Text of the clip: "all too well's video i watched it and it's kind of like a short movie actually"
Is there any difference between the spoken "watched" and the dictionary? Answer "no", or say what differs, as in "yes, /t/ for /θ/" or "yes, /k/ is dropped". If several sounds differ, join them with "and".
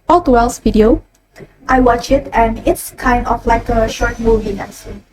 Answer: yes, /t/ is dropped